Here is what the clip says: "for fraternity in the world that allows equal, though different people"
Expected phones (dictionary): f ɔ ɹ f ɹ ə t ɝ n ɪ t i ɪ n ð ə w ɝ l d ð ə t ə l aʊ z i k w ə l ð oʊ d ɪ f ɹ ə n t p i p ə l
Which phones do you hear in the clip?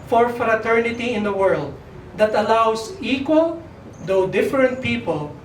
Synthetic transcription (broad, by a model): f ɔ ɹ f ɹ ə t ɝ n ɪ t i ɪ n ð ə w ɝ l d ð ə t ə l aʊ s i k w ə l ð oʊ d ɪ f ɹ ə n t p i p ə l